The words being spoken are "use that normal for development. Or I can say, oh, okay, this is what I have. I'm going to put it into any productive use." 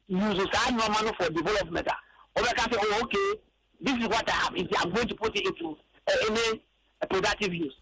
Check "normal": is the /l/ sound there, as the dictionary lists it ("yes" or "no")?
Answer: no